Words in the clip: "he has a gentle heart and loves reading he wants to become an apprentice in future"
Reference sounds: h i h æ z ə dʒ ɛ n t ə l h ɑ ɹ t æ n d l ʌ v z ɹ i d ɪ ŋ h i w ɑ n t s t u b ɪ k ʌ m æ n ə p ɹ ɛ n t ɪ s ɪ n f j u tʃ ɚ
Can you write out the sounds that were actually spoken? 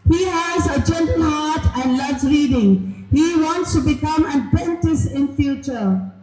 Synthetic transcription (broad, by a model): h i h æ z ə dʒ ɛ n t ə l h ɑ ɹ t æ n d l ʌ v ɹ i d ɪ ŋ h i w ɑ n t s t u b ɪ k ʌ m æ n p ɛ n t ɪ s ɪ n f j u tʃ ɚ